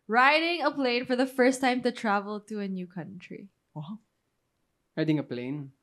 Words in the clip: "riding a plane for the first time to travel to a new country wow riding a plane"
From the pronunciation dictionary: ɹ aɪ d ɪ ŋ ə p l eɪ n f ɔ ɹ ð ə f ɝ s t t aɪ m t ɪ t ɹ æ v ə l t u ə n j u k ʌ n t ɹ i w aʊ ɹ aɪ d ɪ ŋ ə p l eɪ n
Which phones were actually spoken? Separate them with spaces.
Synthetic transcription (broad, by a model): ɹ aɪ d ɪ ŋ ə p l eɪ n f ɔ ɹ ð ə f ɝ s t t aɪ m t ɪ t ɹ æ v ə l t u ə n j u k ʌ n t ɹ i w aʊ ɹ aɪ d ɪ ŋ ə p l eɪ n